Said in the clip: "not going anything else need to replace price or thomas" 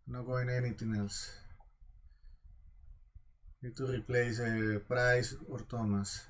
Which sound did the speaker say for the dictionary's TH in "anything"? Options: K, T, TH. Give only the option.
T